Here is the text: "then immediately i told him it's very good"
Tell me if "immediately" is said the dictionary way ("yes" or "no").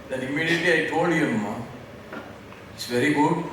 no